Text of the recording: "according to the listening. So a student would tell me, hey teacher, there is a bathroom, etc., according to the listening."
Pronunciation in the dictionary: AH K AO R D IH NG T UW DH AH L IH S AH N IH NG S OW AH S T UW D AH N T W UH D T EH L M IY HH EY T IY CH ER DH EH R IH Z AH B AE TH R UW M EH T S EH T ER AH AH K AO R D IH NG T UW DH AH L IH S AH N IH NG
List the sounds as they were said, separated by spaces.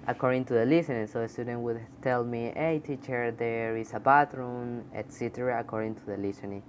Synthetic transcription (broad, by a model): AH K AO R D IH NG T UW DH AH L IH S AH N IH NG S OW AH S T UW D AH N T W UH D T EH L M IY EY T IY CH ER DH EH R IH S AH B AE T R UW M EH T S EH T ER AH K AO R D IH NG T UW DH AH L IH S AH N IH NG